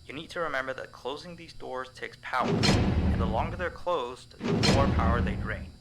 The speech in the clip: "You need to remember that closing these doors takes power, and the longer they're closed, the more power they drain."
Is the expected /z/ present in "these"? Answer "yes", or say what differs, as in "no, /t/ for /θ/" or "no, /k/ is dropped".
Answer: yes